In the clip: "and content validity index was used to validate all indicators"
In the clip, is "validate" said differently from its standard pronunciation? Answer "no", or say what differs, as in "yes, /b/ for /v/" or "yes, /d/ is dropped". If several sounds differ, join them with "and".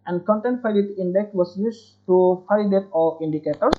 yes, /f/ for /v/